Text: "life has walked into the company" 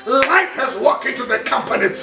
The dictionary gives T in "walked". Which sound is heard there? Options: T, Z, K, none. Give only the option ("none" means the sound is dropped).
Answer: none